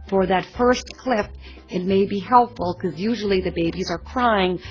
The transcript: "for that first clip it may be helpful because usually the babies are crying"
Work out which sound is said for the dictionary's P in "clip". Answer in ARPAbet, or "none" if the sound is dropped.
F